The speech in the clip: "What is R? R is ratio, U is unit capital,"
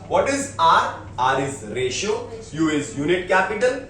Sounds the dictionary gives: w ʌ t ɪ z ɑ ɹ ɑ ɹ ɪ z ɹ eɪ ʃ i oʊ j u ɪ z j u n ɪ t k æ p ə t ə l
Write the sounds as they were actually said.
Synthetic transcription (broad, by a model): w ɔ t ɪ z ɑ ɹ ɑ ɹ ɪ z ɹ eɪ ʃ i oʊ j u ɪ s j u n ɪ t k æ p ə t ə l